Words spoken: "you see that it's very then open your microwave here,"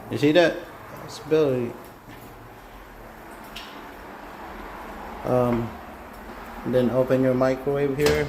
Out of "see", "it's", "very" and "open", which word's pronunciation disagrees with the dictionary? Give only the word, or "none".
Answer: very